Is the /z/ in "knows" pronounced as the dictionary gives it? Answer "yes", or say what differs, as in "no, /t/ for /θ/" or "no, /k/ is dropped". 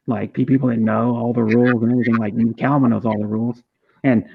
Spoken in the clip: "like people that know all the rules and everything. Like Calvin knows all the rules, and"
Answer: yes